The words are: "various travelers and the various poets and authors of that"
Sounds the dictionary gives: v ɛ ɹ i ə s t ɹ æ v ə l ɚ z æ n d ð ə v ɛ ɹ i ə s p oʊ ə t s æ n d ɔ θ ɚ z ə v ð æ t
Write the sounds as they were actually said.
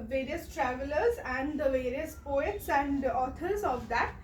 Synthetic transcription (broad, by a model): v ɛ ɹ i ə s t ɹ æ v ə l ɚ z æ n d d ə v ɛ ɹ i ə s p oʊ ə t s æ n d ɔ t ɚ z ə v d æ t